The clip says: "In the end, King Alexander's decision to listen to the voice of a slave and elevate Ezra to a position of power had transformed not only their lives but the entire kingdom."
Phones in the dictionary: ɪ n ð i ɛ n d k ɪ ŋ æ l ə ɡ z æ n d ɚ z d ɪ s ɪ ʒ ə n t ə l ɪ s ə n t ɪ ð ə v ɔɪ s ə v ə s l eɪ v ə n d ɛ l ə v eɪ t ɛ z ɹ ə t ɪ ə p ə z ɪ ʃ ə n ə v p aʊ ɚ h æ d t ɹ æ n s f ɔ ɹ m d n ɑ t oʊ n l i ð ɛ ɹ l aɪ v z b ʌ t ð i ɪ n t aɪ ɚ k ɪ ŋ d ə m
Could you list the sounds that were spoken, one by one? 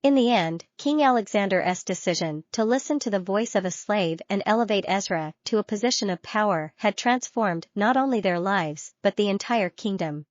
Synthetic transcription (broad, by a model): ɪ n ð i ɛ n d k ɪ ŋ æ l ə ɡ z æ n d ɚ s d ɪ s ɪ ʒ ə n t ə l ɪ s ə n t ɪ ð ə v ɔɪ s ə v ə s l eɪ v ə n ɛ l ə v eɪ t ɛ z ɹ ə t ɪ ə p ə z ɪ ʃ ə n ə v p aʊ ɚ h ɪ d t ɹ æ n s f ɔ ɹ m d n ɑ t oʊ n l i ð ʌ ɹ l aɪ v z b ʌ t ð i ɪ n t aɪ ɚ k ɪ ŋ d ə m